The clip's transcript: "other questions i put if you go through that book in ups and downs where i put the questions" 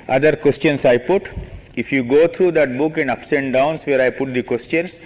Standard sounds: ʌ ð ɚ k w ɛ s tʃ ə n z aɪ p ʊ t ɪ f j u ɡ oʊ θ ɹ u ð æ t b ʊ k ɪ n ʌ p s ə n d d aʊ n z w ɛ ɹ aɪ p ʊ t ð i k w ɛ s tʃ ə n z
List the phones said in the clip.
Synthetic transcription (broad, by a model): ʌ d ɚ k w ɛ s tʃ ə n s aɪ p ʊ t ɪ f j u ɡ oʊ t ɹ u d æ t b ʊ k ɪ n ʌ p s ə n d d aʊ n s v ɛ ɹ aɪ p ʊ t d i k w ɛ s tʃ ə n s